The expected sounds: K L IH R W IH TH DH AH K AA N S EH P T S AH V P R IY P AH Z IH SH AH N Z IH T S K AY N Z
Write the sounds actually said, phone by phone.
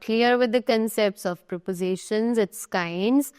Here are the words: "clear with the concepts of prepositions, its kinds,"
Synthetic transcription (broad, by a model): K L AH R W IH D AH K AA N S EH P T S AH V P R IY P AH Z IH SH AH N Z IH T S K AY N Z